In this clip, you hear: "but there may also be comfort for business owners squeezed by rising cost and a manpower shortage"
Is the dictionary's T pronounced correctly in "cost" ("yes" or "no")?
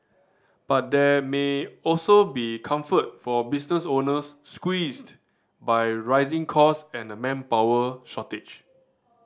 no